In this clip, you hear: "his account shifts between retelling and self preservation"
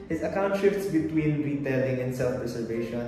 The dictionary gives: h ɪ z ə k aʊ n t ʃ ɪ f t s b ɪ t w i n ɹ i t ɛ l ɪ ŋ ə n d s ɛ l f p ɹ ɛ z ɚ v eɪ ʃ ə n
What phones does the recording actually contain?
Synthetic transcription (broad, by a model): h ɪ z ə k aʊ n t ʃ ɪ f t s b ɪ t w i n ɹ i t ɛ l ɪ ŋ ə n d s ɛ l f ɹ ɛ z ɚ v eɪ ʃ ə n